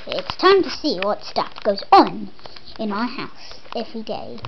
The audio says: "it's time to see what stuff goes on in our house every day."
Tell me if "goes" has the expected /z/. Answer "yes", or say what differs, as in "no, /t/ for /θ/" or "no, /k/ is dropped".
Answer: yes